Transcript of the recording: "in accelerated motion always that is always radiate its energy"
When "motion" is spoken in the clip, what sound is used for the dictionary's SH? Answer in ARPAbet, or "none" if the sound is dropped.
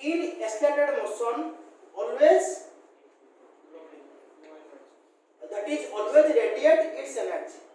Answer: S